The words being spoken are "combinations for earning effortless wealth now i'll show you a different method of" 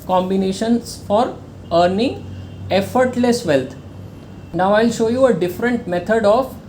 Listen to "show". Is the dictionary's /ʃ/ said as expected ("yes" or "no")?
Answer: yes